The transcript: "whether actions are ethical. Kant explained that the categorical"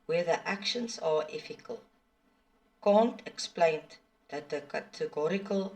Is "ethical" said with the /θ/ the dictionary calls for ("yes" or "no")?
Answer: no